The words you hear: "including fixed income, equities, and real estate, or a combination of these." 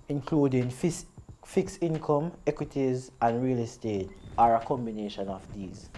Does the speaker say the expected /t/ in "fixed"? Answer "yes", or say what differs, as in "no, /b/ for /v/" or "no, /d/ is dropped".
no, /t/ is dropped